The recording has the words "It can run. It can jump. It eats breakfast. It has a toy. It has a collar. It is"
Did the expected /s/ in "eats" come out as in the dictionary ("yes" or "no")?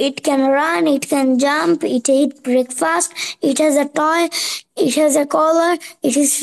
no